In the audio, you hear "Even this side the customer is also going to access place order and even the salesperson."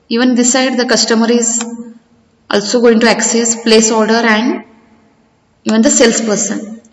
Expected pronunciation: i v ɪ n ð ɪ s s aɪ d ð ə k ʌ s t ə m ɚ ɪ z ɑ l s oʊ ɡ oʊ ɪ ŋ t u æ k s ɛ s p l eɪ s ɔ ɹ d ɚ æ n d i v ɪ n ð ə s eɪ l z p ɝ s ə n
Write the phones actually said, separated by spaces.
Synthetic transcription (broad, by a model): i v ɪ n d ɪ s s aɪ d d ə k ʌ s t ə m ɚ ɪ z ɑ l s oʊ ɡ oʊ ɪ ŋ t u æ k s ɛ s p l eɪ s ɔ ɹ d ɚ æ n d i v ɪ n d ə s eɪ l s p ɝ s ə n